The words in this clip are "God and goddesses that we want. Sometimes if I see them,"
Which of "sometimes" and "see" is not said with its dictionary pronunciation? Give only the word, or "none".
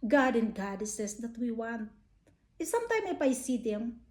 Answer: sometimes